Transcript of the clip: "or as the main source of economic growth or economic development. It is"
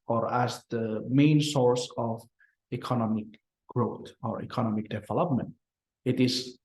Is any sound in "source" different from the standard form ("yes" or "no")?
no